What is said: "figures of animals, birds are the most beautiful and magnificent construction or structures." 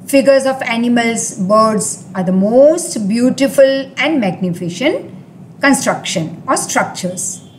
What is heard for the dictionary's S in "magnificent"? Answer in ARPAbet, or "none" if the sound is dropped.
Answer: SH